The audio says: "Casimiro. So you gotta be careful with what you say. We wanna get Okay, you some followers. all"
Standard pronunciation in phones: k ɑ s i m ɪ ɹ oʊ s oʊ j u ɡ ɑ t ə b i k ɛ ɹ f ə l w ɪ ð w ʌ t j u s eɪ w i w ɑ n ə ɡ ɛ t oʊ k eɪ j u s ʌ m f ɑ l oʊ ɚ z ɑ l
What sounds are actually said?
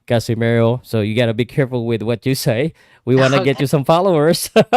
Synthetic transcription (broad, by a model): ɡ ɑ s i m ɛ ɹ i s oʊ j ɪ ɡ ɑ t ə b i k ɛ ɹ f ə l w ɪ ð w ʌ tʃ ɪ s eɪ w i w ɑ n ə ɡ ɛ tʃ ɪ s ʌ m f ɑ l oʊ ɚ z